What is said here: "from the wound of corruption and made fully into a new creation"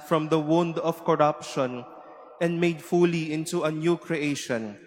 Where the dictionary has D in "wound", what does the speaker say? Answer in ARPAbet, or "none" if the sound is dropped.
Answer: D